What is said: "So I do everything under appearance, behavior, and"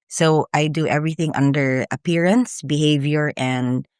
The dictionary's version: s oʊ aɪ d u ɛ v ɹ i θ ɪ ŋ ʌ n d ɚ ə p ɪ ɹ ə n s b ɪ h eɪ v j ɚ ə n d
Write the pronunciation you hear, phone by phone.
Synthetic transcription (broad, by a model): s oʊ aɪ d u ɛ v ɹ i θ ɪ ŋ ʌ n d ɚ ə p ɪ ɹ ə n s b ɪ h eɪ v j ɚ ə n d